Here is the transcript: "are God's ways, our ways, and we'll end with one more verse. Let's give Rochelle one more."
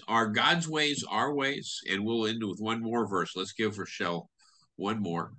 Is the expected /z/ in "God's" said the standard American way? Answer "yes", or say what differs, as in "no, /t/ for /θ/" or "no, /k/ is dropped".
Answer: yes